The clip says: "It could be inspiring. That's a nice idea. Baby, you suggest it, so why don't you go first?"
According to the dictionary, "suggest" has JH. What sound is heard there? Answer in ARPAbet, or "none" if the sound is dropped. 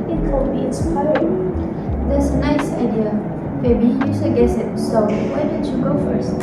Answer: none